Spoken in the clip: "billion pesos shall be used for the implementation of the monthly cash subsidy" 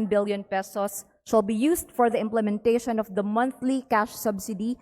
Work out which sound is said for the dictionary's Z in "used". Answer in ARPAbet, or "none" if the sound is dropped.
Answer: S